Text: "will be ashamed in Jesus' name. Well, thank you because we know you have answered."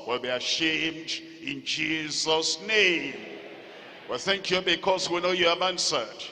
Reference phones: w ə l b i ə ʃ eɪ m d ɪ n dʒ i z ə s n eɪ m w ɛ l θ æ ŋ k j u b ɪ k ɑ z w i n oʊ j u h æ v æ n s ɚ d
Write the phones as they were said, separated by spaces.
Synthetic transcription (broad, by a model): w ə l b i ə ʃ eɪ m d ɪ n dʒ i z ə s n eɪ m w ɛ l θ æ ŋ k j u b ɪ k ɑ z w i n oʊ j u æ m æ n s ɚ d